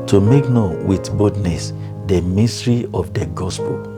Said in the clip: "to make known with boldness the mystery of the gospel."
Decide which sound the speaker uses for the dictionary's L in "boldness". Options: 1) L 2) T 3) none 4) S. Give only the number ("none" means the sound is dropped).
3